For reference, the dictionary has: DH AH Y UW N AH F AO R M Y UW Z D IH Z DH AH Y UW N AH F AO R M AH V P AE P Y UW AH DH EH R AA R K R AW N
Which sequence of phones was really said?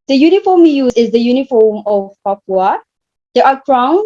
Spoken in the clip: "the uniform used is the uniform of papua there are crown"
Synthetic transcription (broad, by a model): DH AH Y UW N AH F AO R M Y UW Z IH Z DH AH Y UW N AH F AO M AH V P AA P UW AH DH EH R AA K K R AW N